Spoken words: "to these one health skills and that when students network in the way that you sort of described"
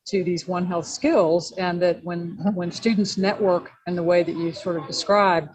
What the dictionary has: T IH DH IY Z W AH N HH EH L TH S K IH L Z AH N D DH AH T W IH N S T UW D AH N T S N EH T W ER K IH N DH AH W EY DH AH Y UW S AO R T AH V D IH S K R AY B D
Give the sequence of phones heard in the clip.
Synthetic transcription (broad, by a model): T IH DH IY Z W AH N HH EH L TH S K IH L Z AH N DH AH T W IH N S T UW D N T S N EH T W ER K IH N DH AH W EY DH AH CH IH S AO R T AH V D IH S K R AY B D